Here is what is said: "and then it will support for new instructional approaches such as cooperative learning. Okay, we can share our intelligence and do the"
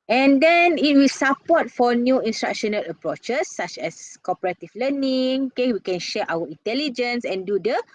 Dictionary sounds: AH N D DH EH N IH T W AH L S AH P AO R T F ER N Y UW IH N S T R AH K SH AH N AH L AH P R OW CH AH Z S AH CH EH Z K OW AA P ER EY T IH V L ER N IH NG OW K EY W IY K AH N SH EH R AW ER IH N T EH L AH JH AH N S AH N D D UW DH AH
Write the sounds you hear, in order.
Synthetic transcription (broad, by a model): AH N D EH N IH T W AH L S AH P AO T F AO N Y UW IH N S T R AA K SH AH N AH L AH P R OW CH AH S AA CH EH S K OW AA P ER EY T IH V L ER N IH NG OW K EY W IY K AH N SH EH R AW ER IH N T EH L AH JH AH N S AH N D D UW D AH